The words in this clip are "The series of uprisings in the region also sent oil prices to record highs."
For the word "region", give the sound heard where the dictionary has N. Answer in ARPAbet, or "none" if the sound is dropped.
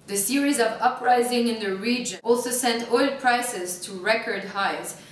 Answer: none